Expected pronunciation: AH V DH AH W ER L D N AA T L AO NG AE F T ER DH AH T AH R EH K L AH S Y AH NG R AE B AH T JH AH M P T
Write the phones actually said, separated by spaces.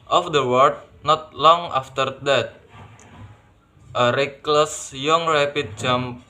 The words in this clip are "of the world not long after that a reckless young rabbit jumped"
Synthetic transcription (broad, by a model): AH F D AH W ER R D N AA T L AO NG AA F T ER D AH T AH R EH K L AH S Y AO NG R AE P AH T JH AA M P